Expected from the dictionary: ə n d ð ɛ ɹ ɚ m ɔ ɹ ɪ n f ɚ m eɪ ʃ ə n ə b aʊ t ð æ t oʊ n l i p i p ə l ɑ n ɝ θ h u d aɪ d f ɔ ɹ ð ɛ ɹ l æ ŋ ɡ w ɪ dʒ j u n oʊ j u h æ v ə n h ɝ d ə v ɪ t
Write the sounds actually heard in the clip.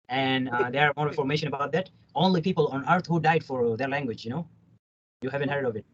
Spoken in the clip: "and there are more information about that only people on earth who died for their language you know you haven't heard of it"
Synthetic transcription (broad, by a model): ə n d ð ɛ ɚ m ɔ ɹ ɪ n f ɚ m eɪ ʃ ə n ə b aʊ t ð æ t oʊ n l i p i p ə l ɑ n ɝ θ h u d aɪ d f ɔ ɹ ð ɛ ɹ l æ ŋ ɡ w ɪ dʒ j u n oʊ j u h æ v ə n h ɝ d ə v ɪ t